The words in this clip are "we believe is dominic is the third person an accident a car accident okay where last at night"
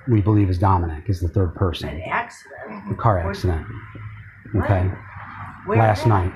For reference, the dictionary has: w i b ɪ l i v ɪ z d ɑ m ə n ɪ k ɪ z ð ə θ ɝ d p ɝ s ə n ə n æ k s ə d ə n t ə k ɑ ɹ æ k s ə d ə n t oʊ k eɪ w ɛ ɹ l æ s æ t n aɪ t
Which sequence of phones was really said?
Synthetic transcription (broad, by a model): w i b ɪ l i v ɪ z d ɑ m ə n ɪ k ɪ z ð ə θ ɝ d p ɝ ə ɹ s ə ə n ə k ɑ ɹ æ k s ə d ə n t oʊ k eɪ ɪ l æ s t n aɪ t